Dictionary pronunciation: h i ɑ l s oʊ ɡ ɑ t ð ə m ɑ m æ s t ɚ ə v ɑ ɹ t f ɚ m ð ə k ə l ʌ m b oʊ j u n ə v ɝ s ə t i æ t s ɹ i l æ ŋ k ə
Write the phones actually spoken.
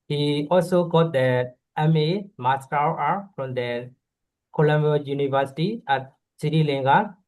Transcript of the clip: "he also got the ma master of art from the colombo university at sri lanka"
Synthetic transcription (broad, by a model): h i ɑ l s oʊ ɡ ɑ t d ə m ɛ m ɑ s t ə w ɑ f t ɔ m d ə k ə l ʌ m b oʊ j u n ə v ɝ s ə t i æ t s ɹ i l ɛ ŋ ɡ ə